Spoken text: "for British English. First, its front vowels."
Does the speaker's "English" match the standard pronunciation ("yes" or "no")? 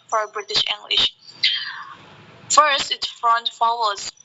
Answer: yes